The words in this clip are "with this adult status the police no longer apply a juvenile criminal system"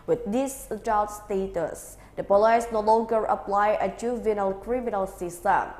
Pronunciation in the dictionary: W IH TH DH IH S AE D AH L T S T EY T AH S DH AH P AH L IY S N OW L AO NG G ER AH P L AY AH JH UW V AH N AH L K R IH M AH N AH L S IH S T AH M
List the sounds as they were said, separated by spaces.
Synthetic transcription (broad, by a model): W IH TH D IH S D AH T S T EY T AH S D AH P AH L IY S N OW L AO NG G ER AH P L AY AH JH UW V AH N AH L K R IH M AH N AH L S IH S T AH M